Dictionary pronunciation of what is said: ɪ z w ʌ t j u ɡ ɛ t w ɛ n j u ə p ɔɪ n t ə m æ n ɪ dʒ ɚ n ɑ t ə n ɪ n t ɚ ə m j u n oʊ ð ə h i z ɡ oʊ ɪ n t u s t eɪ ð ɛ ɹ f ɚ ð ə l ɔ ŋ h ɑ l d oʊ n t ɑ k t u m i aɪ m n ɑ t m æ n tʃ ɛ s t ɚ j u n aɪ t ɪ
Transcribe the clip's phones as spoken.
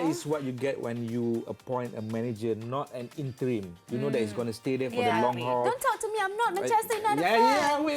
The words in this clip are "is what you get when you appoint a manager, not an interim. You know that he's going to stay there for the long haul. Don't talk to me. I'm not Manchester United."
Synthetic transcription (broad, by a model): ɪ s w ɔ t j u ɡ ɛ t w ɛ n j u ə p ɔɪ n t ə m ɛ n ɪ dʒ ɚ n ɑ t ə n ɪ n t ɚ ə m j u n oʊ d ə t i s ɡ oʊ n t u s t eɪ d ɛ f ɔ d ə l ɔ ŋ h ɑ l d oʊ n t ɑ k t u m i aɪ m n ɑ t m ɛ tʃ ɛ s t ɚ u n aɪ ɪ